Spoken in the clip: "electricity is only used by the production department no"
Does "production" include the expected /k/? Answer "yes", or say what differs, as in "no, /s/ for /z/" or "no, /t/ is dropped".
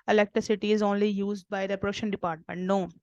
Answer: no, /k/ is dropped